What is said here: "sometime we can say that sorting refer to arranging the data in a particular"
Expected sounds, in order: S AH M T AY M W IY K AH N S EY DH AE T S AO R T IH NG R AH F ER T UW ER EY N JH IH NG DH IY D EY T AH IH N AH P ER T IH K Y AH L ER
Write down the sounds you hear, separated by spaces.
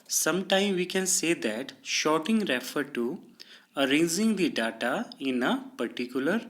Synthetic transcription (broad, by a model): S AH M T AY M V IY K AH N S EY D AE T SH AO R T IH NG R AH F ER T UW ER EY N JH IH NG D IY D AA T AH IH N AH P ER T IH K Y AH L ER